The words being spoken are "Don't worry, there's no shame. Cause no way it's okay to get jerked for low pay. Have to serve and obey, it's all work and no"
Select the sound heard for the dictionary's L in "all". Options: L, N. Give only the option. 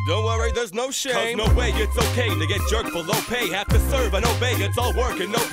L